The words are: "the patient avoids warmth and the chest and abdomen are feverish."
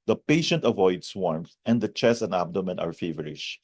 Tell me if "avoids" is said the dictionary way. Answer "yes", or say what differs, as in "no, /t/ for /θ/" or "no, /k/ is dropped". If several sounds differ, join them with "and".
no, /s/ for /z/